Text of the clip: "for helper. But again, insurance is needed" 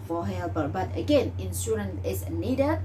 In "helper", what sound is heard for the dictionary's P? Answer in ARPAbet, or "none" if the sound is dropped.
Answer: B